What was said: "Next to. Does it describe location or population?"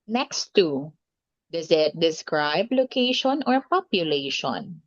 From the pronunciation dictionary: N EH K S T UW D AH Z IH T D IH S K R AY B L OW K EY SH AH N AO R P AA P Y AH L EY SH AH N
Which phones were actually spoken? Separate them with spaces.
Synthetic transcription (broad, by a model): N EH K S T UW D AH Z IH T D IH S K R AY B L OW K EY SH AH N AO R P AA P Y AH L EY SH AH N